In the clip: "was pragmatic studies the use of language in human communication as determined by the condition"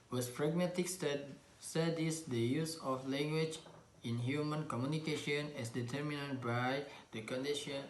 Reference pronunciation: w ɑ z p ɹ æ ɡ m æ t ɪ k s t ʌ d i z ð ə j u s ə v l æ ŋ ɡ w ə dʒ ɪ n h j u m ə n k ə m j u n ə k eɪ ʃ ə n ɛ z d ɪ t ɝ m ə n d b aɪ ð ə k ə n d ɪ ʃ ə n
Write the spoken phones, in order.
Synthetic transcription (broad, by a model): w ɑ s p ɹ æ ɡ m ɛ t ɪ k s s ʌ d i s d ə j u s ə f l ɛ ŋ ɡ w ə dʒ ɪ n h j u m ə n k ə m j u n ə k eɪ ʃ ə n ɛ s d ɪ t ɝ m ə n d b aɪ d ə k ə n d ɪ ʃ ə n